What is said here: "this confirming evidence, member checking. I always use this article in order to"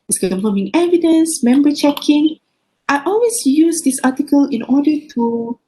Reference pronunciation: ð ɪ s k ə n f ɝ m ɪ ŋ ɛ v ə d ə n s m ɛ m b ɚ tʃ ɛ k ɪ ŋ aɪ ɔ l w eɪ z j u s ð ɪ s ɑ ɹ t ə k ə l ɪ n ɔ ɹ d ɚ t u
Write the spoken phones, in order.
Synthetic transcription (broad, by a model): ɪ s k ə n ɝ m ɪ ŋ ɛ v ə d ə n s m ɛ m b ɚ tʃ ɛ k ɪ ŋ aɪ ɔ l w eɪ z j u s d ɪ s ɑ t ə k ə l ɪ n ɔ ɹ d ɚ t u